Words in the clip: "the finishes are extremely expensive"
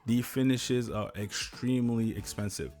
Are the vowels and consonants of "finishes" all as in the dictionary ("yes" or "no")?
yes